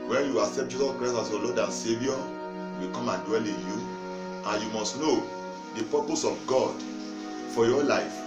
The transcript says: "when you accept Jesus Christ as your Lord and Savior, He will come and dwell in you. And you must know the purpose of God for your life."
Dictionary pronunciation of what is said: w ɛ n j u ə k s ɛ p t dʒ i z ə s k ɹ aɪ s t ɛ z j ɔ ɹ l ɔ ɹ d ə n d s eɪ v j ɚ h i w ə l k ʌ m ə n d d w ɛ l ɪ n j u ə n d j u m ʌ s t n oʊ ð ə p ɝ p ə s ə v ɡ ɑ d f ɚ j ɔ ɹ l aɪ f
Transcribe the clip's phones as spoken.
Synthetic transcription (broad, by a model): w ɛ n j u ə k s ɛ p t dʒ i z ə s k ɹ aɪ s ɑ s j ɔ l ɔ d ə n s eɪ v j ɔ w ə k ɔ m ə n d d w ɛ l ɪ n j u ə n j u m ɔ s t n oʊ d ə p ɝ p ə s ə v ɡ ɑ d f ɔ j ɔ l aɪ f